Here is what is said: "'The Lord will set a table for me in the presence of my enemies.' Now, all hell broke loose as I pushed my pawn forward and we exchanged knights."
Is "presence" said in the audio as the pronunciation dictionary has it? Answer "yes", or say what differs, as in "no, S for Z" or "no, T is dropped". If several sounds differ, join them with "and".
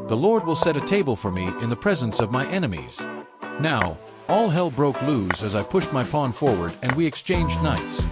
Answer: yes